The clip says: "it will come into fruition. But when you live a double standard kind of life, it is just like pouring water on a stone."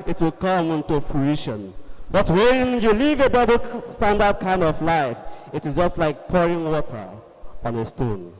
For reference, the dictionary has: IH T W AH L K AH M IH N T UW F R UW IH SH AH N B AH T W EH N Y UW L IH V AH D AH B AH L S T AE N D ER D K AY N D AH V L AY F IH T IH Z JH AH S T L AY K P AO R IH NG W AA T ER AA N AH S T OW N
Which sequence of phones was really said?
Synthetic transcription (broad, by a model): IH T W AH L K AH M IH N T UW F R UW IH SH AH N B AH T W EH N Y UW L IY V AH D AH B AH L S T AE N D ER D K AY N D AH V L AY F IH T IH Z JH AH S T L AY K P AO R IH NG W AA T ER AA N AH S T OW N